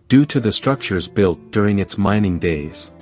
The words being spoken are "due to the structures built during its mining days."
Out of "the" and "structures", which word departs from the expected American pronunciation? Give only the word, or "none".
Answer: none